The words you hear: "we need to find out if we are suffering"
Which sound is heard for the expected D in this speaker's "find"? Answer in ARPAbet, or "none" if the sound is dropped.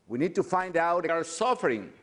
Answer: D